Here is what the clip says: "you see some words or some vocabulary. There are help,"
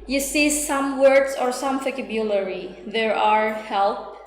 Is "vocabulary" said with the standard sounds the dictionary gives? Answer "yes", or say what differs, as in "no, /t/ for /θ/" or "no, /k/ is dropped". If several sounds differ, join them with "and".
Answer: no, /f/ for /v/